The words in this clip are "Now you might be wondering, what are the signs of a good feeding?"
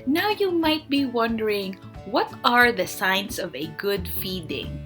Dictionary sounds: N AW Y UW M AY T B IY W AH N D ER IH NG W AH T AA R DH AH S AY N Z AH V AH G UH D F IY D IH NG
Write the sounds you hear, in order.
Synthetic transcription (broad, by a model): N AW Y UW M AY T B IY W AH N D ER IH NG W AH T AA R DH AH S AY N S AH V AH G UH D F IY D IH NG